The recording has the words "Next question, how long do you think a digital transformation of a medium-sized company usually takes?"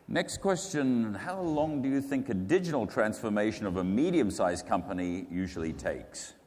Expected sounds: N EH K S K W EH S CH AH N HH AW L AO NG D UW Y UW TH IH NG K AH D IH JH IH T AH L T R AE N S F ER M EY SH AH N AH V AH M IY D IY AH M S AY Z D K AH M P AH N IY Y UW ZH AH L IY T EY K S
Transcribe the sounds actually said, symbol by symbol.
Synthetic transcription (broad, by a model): N EH K S K W EH S CH AH N HH AW L AO NG D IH Y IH TH IH NG K AH D IH JH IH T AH L T R AE N S F ER M EY SH AH N AH V AH M IY D IY AH M S AY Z K AH M P AH N IY Y UW ZH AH L IY T EY K S